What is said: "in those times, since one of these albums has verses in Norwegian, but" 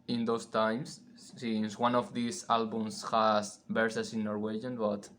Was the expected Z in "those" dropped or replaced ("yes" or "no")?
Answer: yes